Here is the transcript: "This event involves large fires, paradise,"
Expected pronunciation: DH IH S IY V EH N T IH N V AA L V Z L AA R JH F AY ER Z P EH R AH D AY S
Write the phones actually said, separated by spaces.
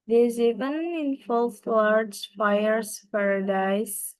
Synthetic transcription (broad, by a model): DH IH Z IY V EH N IH N F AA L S L AA R JH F AY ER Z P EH R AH D AY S